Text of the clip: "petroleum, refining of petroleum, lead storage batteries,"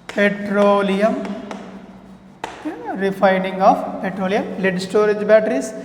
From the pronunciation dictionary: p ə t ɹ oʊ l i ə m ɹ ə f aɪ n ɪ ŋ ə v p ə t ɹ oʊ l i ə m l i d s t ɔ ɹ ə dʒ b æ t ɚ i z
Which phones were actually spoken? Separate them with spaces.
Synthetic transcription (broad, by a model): p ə t ɹ oʊ l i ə m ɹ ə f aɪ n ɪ ŋ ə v p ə t ɹ oʊ l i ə m l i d s t ɔ ɹ ə dʒ b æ t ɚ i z